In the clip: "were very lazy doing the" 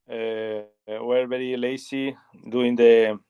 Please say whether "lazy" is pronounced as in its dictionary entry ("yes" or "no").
no